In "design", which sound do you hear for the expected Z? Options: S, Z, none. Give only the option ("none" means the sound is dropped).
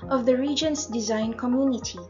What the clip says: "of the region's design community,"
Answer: Z